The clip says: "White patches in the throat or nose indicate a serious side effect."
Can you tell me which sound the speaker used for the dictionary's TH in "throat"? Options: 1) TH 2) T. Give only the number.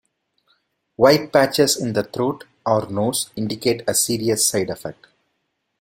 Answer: 2